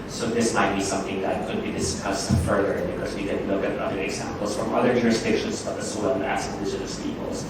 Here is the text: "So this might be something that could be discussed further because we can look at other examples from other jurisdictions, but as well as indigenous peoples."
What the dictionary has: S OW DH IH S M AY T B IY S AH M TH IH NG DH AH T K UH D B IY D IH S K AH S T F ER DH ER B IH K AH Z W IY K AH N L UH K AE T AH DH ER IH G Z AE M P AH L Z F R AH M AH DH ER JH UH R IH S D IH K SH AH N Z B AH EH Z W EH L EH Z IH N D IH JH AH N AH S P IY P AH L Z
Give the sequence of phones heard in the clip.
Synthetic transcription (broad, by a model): S OW DH IH S M AY T B IY S AH M TH IH NG DH AH T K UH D B IY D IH S K AH S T F ER DH ER B IH K AH Z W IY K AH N L UH K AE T AH DH ER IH G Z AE M P L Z F R AH M AH DH ER JH UH R IH S D IH K SH AH N Z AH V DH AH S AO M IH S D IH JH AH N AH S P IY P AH L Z